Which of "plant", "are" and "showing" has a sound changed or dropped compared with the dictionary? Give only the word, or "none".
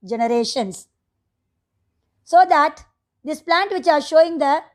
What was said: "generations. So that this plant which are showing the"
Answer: none